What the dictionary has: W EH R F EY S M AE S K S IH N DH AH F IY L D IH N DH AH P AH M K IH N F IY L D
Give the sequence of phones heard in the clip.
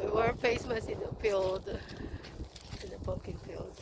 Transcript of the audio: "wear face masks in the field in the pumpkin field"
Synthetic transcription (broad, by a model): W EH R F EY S M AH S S IH N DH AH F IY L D IH N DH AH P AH K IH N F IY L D